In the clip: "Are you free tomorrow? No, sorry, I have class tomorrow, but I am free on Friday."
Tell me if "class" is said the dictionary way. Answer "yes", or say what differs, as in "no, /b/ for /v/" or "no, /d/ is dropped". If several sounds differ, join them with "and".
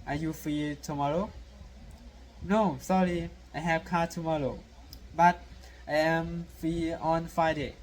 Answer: no, /l/ is dropped and /s/ is dropped